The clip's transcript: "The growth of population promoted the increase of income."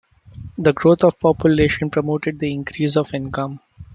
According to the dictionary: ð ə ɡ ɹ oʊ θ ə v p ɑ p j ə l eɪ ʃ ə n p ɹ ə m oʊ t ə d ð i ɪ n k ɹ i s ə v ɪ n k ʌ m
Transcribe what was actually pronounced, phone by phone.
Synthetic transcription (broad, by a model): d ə ɡ ɹ oʊ t ə v p ɑ p j ə l eɪ ʃ ə n p ɹ ə m oʊ t ə d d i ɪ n k ɹ i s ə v ɪ n k ʌ m